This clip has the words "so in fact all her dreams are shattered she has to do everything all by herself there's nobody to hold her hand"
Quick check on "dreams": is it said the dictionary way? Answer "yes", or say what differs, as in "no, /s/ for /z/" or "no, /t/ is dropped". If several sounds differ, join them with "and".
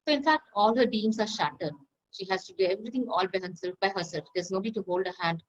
no, /ɹ/ is dropped